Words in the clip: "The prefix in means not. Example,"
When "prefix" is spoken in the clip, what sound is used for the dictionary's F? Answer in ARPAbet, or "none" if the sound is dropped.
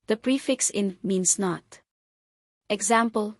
F